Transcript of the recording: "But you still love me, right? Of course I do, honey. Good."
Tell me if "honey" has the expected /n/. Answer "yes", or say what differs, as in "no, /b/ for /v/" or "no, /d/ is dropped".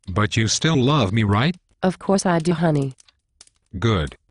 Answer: yes